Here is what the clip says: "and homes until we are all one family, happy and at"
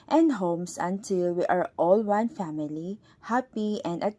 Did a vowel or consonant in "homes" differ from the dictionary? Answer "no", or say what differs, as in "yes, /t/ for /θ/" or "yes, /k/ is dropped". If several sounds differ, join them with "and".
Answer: yes, /s/ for /z/